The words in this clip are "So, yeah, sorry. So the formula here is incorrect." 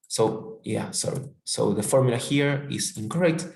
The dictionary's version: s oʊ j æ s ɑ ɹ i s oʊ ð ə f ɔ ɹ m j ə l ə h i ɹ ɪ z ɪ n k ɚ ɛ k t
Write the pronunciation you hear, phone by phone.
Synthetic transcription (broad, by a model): s oʊ j æ s ɑ ɹ i s oʊ ð ə f ɔ ɹ m j ə l ə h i ɹ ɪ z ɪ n k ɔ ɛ k t